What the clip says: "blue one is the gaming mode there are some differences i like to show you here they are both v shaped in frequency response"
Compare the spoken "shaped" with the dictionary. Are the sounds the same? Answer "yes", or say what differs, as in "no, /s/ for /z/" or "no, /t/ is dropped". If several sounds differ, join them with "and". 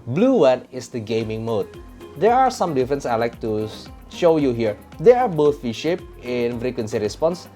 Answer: no, /t/ is dropped